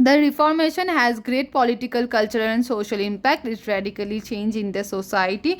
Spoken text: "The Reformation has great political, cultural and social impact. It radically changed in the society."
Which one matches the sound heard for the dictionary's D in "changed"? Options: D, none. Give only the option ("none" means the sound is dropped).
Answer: none